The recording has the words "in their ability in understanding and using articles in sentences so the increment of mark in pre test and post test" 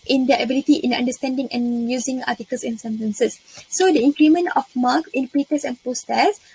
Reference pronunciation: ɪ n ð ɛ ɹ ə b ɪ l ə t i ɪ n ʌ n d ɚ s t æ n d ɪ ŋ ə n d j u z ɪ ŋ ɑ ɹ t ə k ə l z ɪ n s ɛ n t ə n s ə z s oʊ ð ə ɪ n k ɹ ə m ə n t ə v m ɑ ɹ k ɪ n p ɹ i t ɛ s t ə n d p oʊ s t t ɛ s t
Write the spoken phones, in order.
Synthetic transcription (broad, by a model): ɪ n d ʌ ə b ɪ l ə t i ɪ n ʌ n d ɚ s t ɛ n d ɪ ŋ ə n j u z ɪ ŋ ɑ t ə k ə l s ɪ n s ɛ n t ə n s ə s oʊ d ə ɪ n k ɹ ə m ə n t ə f m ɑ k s ɪ n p i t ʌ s ə n p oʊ s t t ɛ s